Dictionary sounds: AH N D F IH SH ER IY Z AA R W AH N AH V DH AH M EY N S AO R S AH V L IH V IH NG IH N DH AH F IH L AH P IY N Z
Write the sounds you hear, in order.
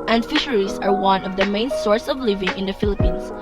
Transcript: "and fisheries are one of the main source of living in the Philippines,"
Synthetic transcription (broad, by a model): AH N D F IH SH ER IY S AA R W AH N AH V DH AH M EY N S AO R S AH V L IH V IH NG IH N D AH F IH L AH P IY N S